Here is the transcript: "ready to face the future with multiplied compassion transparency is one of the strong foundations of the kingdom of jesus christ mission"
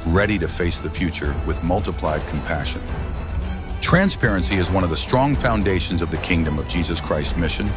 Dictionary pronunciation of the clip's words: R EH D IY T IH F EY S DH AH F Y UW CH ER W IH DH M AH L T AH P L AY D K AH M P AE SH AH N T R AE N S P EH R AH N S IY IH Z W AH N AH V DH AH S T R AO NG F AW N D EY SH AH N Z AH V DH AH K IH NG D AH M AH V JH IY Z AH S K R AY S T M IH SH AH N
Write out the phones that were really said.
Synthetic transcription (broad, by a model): R EH D IY T IH F EY S DH AH F Y UW CH ER W IH DH M AH L T AH P L AY D K M P AE SH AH N T R AE N S P EH R AH N S IY IH Z W AH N AH V DH AH S T R AO NG F AW N D EY SH N Z AH V DH AH K IH NG D AH M AH V JH IY Z AH S K R AY S T M IH SH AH N